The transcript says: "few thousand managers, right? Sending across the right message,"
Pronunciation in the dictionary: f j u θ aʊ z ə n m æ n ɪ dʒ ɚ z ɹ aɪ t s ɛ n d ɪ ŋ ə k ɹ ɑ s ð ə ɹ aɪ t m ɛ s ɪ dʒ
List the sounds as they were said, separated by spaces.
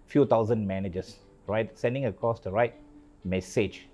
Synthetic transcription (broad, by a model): f j u t aʊ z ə n m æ n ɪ dʒ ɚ s ɹ aɪ t s ɛ n d ɪ ŋ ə k ɑ s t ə ɹ aɪ t m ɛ s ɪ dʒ